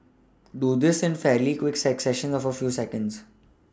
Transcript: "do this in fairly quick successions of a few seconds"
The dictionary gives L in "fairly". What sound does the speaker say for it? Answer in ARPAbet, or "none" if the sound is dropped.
L